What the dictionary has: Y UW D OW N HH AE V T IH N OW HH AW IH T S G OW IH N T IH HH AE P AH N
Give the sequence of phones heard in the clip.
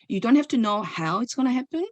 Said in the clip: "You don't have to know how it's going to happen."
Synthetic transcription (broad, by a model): Y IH D OW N HH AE F T IH N OW HH AW IH T S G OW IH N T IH HH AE P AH N